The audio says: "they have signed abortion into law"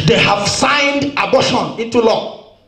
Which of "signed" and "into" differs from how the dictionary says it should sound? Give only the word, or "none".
none